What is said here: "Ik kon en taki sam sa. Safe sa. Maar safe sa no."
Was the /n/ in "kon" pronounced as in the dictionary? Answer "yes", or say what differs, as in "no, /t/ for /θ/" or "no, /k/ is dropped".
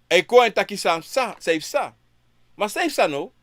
no, /n/ is dropped